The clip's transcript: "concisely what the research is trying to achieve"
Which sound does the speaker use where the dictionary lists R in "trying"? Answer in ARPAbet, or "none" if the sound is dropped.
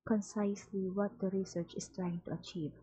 R